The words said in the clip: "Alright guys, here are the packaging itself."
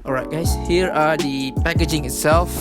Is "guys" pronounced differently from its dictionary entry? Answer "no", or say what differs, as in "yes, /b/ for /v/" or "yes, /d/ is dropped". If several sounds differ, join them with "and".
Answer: yes, /s/ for /z/